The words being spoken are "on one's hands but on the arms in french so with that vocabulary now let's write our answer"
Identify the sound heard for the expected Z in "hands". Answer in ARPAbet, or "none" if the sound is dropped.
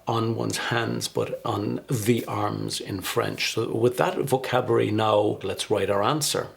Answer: Z